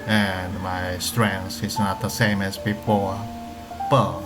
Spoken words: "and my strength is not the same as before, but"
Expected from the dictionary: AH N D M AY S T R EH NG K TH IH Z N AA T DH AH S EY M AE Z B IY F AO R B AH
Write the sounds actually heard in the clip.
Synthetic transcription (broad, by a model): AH N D M AY S T R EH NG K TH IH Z N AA T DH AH S EY M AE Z B IY F AO R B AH